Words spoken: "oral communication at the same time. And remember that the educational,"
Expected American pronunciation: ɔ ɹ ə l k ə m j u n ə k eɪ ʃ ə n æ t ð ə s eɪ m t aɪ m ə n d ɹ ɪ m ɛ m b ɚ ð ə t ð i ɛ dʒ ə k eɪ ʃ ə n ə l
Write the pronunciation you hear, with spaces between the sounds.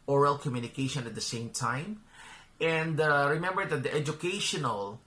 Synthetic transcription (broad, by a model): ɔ ɹ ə l k ə m j u n ə k eɪ ʃ ə n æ t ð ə s eɪ m t aɪ m ə n d ɹ ɪ m ɛ m b ɚ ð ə t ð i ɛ dʒ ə k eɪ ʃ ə n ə l